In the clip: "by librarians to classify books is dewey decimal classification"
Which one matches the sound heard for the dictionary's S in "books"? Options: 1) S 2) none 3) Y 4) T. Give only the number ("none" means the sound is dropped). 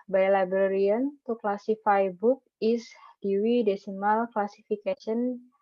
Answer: 2